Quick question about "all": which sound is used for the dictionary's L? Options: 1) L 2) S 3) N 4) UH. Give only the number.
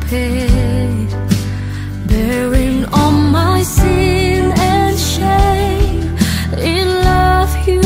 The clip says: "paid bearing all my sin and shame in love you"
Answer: 3